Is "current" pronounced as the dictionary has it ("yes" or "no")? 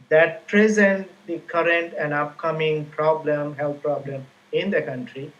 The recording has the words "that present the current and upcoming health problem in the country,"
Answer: yes